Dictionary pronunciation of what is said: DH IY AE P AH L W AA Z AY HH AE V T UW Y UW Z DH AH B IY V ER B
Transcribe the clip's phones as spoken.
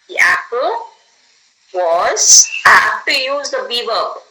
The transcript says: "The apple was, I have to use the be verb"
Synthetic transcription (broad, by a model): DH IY AE P AH L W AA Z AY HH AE F T UW Y UW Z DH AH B IY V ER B